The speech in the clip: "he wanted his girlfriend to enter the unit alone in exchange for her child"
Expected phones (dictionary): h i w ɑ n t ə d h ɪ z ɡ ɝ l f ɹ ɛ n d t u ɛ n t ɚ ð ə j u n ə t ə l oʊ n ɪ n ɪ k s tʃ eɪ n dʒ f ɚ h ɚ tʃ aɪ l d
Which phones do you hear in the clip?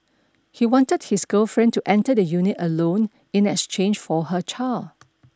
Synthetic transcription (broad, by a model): h i w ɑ n t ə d h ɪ s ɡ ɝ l f ɹ ɛ n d t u ɛ n t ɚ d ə j u n ə t ə l oʊ n ɪ n ɪ k s tʃ eɪ n dʒ f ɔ h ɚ tʃ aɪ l